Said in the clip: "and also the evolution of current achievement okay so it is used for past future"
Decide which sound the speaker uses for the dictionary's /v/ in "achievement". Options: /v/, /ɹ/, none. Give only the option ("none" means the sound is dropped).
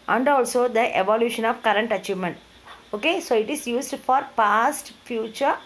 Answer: /v/